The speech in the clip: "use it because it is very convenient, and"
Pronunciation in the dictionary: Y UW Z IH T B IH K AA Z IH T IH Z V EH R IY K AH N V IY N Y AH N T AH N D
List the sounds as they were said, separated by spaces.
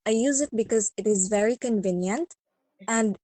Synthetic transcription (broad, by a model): Y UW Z IH T B IH K AA Z IH T IH Z V EH R IY K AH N V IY N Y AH N T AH N D